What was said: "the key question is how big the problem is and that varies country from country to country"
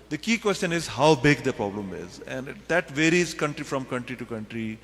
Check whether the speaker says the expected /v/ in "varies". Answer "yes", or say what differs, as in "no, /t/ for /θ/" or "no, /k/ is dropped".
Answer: yes